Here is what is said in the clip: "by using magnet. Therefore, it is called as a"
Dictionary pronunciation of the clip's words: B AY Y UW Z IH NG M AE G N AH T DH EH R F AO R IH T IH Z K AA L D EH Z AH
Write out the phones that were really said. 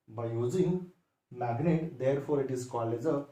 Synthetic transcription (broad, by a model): B AY Y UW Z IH NG M AE G N AH T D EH R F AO R IH T IH Z K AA L EH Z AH